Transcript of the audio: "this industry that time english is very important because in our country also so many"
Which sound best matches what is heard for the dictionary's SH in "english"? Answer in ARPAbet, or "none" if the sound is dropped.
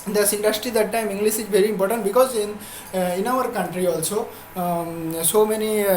S